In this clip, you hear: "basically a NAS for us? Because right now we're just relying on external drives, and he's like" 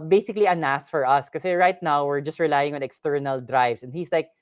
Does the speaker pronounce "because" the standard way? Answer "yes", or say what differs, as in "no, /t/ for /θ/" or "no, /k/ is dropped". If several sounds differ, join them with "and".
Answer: no, /z/ is dropped